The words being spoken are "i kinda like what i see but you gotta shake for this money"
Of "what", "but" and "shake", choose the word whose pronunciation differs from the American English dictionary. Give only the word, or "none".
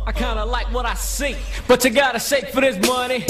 shake